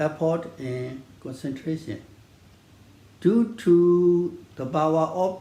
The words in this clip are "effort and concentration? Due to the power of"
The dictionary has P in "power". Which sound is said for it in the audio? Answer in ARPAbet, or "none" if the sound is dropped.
B